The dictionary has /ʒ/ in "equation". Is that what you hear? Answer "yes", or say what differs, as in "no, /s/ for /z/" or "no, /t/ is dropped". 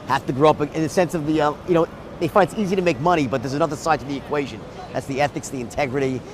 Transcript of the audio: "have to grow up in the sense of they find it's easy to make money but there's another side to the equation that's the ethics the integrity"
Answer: yes